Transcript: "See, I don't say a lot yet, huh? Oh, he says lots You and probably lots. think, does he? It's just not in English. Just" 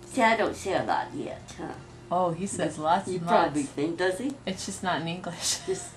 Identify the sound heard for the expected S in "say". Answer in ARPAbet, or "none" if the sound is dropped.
SH